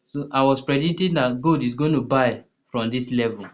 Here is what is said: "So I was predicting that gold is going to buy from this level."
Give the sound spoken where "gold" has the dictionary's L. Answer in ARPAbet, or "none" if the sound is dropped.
none